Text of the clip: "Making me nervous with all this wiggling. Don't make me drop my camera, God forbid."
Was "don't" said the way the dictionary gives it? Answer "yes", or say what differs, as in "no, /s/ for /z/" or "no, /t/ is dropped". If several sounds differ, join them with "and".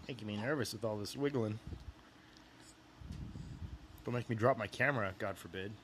no, /l/ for /n/